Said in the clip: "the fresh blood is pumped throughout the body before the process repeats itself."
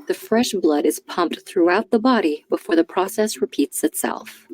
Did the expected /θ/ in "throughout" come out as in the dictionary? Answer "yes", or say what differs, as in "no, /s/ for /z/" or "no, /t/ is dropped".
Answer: yes